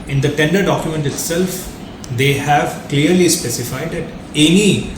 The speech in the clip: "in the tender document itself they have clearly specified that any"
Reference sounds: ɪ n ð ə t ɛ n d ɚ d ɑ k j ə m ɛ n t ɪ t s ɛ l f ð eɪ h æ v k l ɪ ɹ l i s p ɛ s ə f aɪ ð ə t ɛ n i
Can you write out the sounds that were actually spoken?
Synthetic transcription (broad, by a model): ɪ n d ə t ɛ n d ɚ d ɑ k j ə m ɛ n t ɪ t s ɛ l f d eɪ h æ v k l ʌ ɹ l i s p ɛ s ə f aɪ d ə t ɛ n i